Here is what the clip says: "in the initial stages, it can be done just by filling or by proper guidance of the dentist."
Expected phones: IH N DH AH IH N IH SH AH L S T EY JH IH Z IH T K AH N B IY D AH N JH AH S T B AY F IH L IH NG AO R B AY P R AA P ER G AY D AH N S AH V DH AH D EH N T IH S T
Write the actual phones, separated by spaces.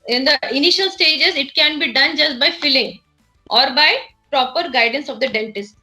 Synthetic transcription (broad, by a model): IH N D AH IH N IH SH AH L S T EY JH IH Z IH T K AH N B IY D AH N JH AH S T B AY F IH L IH NG AO R B AY P R AA P ER G AY D AH N S AH V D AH D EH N T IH S T